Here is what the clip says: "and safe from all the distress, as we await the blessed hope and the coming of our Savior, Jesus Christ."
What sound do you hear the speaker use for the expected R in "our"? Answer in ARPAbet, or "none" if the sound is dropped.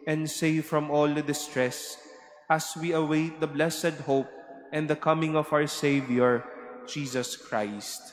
W